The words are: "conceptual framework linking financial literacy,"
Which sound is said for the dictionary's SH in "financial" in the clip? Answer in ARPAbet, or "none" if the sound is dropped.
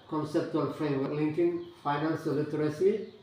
S